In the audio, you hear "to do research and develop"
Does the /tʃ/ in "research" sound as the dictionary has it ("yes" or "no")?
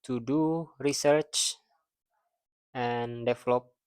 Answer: yes